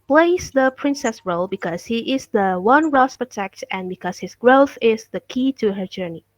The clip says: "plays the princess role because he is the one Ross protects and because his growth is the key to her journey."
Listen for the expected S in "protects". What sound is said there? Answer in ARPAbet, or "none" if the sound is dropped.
none